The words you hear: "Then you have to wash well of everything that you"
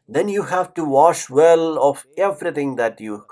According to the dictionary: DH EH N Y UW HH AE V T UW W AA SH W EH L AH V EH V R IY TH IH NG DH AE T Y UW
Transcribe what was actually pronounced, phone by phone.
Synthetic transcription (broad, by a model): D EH N Y UW HH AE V T UW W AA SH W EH L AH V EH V R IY T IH NG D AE T Y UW